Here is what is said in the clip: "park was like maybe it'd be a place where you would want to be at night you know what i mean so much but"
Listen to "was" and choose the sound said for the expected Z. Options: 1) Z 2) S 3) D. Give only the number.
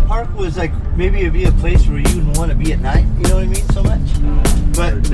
1